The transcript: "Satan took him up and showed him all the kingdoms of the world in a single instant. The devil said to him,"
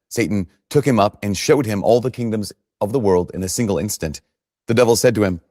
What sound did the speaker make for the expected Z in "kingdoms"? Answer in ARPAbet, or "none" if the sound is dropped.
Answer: Z